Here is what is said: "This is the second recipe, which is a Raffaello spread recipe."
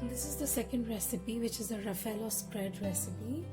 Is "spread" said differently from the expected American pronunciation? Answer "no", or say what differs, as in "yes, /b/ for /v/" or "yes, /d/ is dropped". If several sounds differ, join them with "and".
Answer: no